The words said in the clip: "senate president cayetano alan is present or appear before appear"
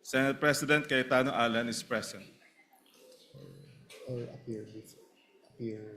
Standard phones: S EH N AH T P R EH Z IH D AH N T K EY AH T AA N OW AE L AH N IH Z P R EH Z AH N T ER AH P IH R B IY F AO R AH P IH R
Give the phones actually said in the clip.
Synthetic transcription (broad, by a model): S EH N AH T P R EH S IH D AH N T K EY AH T AA N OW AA L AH N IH S P R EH S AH N T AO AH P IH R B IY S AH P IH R